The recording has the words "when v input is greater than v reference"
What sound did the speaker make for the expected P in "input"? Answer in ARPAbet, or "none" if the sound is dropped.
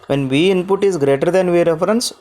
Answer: P